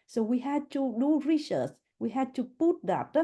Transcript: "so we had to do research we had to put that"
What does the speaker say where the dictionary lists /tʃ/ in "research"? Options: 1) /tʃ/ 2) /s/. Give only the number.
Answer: 2